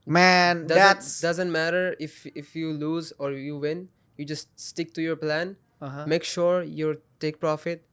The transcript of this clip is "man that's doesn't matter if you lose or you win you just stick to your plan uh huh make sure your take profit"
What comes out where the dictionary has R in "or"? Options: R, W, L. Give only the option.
R